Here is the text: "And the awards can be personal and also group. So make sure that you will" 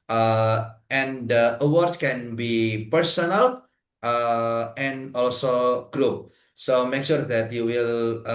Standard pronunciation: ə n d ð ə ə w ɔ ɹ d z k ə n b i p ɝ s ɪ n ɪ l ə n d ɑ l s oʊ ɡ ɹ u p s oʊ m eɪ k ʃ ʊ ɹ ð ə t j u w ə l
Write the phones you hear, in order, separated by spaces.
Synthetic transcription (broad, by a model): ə n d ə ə w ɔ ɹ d s k ə n b i p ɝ s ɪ n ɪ l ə n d ɑ l s oʊ ɡ ɹ u p s oʊ m eɪ k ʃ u ɹ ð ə t j u w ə l